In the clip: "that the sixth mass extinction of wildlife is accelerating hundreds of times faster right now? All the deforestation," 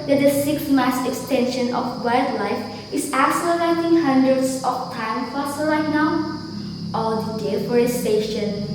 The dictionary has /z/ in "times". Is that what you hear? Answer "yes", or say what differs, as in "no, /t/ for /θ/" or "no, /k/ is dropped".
no, /z/ is dropped